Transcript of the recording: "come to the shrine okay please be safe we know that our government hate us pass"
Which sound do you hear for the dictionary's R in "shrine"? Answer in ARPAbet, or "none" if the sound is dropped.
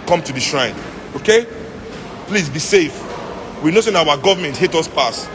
R